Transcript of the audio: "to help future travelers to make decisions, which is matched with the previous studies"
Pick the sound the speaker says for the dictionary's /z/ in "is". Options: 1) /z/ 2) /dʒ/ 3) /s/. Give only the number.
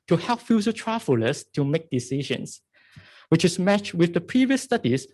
3